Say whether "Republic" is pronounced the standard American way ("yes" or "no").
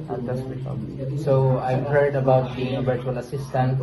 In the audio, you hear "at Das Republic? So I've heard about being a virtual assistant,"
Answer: no